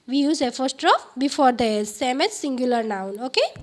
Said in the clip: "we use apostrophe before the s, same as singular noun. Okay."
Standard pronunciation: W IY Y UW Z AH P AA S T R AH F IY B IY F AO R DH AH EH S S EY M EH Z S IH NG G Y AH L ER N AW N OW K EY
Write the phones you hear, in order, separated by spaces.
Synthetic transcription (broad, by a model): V IY Y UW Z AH F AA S T R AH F B IY F AO R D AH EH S S EY M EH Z S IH NG G Y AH L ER N AW N OW K EY